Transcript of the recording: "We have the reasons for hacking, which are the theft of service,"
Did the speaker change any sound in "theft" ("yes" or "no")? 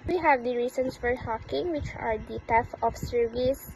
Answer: yes